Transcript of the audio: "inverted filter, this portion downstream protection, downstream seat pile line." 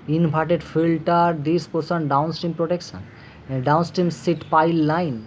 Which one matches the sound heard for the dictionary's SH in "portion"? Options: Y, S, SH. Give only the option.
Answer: S